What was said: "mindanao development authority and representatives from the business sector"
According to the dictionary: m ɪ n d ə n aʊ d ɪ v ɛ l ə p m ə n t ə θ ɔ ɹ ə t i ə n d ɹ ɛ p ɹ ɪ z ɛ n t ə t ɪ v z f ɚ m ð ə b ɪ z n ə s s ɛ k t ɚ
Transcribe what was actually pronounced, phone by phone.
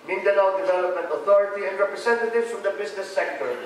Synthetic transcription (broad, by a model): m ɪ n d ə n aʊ d ɪ v ɛ l ə p m ə n t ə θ ɔ ɹ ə t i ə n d ɹ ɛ p ɹ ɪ s ɛ n t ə t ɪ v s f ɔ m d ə b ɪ s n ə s s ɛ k t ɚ